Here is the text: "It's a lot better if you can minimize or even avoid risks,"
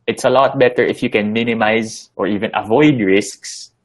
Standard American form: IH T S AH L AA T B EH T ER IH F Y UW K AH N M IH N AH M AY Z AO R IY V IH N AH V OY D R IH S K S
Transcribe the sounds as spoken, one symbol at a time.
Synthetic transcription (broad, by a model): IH T S AH L AA T B EH T ER IH F Y UW K AH N M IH N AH M AY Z AO R IY V IH N AH V OY D R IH S K S